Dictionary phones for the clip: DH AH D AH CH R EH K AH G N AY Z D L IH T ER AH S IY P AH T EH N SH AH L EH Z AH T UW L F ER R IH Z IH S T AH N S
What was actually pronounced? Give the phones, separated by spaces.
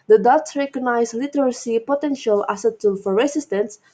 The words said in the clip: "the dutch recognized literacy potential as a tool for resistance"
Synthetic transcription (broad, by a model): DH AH D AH S R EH K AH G N AY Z L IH T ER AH S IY P AH T EH N SH AH L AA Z AH T UW L F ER R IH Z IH S T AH N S